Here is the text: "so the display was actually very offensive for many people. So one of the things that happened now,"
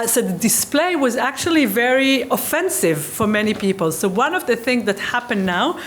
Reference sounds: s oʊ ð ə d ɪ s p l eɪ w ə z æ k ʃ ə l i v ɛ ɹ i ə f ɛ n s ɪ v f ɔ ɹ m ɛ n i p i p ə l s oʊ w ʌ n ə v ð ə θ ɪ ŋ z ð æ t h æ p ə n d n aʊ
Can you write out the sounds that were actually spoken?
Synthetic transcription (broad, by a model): s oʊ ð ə d ɪ s p l eɪ w ə z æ k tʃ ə l i v ɛ ɹ i ə f ɛ n s ɪ v f ɔ ɹ m ɛ n i p i p ə l s oʊ w ʌ n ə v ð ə θ ɪ ŋ z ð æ t h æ p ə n n aʊ